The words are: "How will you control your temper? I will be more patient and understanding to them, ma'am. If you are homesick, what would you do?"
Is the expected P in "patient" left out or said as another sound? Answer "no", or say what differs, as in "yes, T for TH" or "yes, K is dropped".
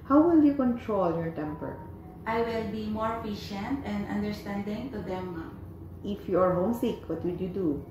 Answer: yes, F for P